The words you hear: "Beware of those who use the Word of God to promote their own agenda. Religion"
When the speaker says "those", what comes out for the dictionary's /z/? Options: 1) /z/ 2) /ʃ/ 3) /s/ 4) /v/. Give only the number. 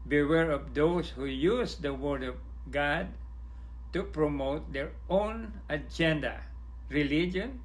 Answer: 3